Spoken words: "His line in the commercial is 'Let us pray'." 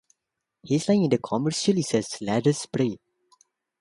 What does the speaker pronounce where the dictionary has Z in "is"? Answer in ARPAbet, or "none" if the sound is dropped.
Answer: S